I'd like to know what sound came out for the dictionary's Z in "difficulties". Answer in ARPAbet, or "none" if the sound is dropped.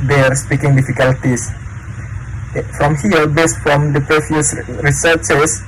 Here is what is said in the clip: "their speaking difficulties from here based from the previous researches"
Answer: S